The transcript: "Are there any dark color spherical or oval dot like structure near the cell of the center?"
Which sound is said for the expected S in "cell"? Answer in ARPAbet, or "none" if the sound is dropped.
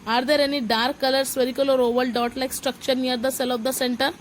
S